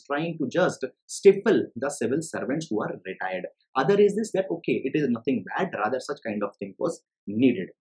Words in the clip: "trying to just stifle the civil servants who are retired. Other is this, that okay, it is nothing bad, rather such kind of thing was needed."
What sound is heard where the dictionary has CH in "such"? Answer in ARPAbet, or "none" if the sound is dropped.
CH